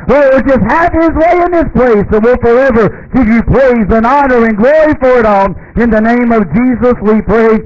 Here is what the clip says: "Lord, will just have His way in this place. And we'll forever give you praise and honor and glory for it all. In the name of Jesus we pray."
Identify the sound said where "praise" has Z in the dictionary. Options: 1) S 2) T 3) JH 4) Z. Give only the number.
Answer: 4